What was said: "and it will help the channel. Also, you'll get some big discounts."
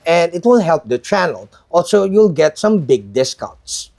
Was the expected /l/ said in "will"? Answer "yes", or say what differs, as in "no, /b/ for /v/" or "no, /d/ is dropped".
no, /n/ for /l/